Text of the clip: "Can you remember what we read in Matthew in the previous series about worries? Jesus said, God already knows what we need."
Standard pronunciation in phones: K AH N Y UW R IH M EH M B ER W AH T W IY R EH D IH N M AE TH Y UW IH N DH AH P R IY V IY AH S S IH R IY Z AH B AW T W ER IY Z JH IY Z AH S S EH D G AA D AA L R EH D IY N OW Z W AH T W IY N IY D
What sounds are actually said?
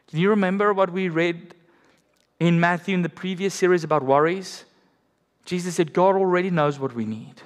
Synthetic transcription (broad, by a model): K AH N Y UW R IH M EH M B ER W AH T W IY R EH D IH N M AE TH Y UW IH N DH AH P R IY V IY AH S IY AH R IY Z AH B AW T W ER IY Z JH IY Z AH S S EH D G AA D AA L R EH D IY N OW Z W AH T W IY N IY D